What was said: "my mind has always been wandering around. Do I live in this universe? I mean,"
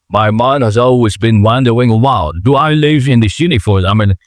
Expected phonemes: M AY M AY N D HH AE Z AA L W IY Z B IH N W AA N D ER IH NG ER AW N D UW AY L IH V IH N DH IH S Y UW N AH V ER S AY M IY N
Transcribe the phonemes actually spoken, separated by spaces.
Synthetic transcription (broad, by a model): M AY M AY N D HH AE Z AA L W IY Z B IH N W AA N D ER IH NG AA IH L D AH AY L IH V IH N DH IH S Y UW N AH F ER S AY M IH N